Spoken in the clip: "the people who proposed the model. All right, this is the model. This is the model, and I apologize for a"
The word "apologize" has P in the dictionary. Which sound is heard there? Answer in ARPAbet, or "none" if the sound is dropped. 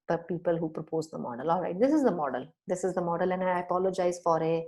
P